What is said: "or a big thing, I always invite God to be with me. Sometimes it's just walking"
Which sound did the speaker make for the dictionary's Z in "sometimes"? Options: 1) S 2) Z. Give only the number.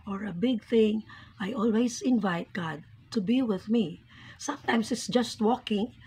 1